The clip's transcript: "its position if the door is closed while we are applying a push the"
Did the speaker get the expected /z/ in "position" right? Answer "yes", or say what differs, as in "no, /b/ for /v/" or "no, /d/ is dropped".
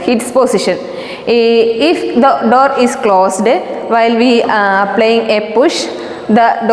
no, /s/ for /z/